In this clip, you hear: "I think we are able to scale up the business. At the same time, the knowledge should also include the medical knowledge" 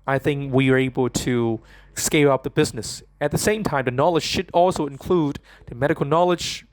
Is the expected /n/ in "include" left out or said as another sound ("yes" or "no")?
no